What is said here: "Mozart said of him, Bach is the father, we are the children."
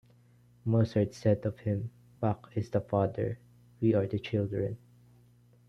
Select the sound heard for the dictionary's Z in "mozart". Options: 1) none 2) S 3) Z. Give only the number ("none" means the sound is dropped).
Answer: 2